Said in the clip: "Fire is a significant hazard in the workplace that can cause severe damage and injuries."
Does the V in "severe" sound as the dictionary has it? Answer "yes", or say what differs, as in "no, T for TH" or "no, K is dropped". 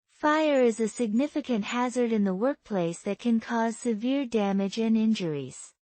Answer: yes